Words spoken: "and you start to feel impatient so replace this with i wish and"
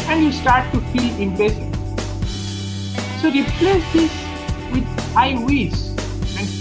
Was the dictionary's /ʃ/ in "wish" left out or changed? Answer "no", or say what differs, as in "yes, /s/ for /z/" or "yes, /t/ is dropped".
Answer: yes, /s/ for /ʃ/